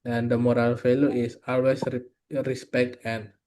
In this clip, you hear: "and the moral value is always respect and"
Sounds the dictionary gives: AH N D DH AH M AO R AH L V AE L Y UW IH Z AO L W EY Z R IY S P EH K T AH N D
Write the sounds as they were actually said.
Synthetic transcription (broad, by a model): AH N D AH M AO R AH L F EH L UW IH S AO L W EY S R IY S P EH K T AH N